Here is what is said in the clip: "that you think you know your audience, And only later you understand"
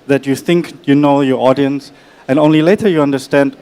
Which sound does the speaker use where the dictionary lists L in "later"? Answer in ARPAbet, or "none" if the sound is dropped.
L